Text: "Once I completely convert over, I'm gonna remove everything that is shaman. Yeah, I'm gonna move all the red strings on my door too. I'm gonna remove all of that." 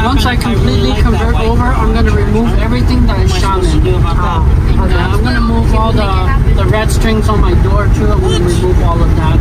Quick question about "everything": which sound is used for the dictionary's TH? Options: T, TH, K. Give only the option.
TH